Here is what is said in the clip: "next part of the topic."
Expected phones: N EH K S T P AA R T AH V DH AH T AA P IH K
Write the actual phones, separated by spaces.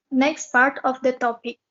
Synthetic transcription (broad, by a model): N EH K S T P AA R T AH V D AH T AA P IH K